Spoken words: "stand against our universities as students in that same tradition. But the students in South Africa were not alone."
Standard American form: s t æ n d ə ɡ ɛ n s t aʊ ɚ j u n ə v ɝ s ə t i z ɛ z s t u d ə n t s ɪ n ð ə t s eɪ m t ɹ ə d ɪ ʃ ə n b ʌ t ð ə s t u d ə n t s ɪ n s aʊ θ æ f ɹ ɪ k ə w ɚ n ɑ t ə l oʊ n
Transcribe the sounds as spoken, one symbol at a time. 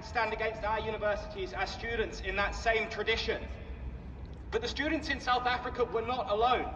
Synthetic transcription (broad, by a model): s t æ n d ə ɡ ɛ n s t aʊ ɚ j u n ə v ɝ s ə t i z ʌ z s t u d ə n t s ɪ n ð ə t s eɪ m t ɹ ə d ɪ ʃ ə n b ʌ t ð ə s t u d n t s ɪ n s aʊ θ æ f ɹ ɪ k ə w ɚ n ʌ t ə l oʊ n